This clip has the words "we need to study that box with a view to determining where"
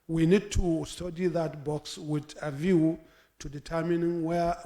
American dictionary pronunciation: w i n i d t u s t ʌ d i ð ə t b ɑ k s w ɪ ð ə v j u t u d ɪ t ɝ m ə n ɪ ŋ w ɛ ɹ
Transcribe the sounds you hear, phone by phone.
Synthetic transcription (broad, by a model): w i n i d t u s t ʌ d i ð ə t b ɑ k s w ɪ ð ə v j u t u d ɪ t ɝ m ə n w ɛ